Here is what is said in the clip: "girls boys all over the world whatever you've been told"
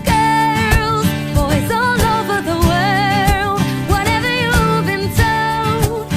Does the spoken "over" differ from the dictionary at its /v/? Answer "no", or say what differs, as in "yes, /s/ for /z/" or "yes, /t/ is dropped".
no